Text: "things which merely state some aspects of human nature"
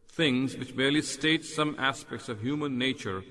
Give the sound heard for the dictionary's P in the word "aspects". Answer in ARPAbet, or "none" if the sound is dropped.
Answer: P